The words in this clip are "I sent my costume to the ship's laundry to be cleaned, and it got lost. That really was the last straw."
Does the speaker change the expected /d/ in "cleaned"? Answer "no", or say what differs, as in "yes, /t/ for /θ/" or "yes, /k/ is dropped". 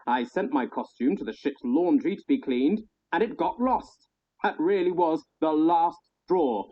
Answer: no